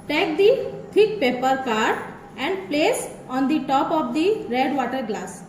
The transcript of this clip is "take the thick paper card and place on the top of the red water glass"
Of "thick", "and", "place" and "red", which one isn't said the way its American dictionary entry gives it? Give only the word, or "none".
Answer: thick